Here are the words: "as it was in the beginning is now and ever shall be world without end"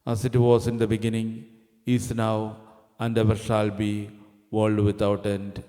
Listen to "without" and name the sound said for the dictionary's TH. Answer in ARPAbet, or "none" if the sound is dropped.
T